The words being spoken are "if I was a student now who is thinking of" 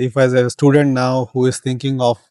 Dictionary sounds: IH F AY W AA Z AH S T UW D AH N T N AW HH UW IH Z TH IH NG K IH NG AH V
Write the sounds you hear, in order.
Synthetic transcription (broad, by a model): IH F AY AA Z AH S T UW D AH N T N AW HH UW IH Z T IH NG K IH NG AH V